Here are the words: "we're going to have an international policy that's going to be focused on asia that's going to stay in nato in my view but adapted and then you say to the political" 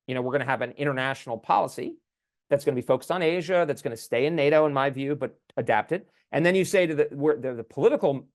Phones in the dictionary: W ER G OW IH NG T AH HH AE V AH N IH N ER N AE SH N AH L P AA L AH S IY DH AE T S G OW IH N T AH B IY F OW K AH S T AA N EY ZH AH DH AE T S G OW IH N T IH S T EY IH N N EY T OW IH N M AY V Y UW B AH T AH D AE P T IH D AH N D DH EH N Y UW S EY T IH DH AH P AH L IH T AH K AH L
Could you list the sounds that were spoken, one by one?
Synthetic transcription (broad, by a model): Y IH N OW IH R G AH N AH V AH N IH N ER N AE SH N L P AA L AH S IY DH AE T S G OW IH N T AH B IY F OW K AH S T N EY ZH AH DH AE T S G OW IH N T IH S T EY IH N N EY T OW IH N M AY V Y UW B AH T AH D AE P T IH D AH N DH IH N Y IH S EY T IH DH AH P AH L IH T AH K L